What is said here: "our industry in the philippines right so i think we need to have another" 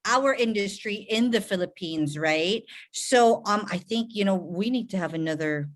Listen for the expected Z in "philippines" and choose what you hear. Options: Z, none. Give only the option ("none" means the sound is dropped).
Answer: Z